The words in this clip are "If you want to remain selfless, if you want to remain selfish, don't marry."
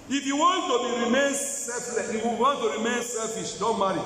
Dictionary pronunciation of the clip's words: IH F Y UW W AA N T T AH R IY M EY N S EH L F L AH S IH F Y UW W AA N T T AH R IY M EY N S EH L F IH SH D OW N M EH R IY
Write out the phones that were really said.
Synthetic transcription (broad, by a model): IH F Y UW W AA N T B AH R IY M EY N S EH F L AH IH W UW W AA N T T AH R IY M EY N S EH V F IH S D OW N M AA R IY